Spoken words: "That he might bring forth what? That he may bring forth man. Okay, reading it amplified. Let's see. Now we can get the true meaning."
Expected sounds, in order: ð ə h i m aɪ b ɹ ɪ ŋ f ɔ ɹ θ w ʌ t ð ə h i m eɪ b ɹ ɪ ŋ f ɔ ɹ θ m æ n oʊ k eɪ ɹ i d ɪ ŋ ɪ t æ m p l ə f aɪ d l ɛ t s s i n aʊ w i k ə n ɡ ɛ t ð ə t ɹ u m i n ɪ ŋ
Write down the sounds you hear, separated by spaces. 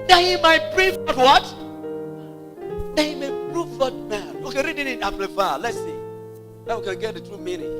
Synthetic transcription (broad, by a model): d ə h i m aɪ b ɹ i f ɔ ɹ w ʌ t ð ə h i m eɪ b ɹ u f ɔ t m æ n oʊ k eɪ ɹ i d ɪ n ɪ t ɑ p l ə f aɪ l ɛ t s s i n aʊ w i k ə n ɡ ɛ t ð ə t ɹ u m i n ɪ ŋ